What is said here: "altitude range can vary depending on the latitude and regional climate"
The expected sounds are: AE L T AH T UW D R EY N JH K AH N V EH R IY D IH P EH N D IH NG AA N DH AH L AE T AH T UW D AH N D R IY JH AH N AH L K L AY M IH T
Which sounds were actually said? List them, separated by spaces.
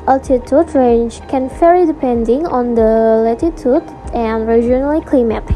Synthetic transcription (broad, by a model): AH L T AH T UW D R EY N JH K AH N F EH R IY D IH P EH N D IH NG AA N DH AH L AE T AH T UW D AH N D R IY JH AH N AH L K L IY M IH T